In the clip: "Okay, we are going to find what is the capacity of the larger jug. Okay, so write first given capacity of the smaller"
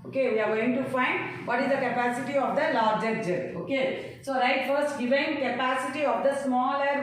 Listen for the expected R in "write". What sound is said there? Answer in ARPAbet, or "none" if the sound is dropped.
R